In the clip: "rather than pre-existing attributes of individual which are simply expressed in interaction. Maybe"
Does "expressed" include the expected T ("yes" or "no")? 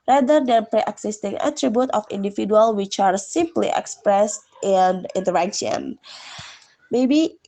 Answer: yes